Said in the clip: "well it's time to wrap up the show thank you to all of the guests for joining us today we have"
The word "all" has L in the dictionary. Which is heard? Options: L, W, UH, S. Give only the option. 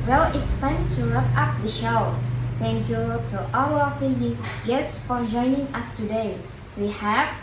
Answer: W